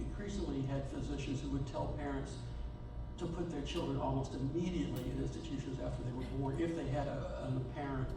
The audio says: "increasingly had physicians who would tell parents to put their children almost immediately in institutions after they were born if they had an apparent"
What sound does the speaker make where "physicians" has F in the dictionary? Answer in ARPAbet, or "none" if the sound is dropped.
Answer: F